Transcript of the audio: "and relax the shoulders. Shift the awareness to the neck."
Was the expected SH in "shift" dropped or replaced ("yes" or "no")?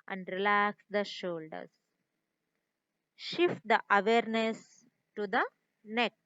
no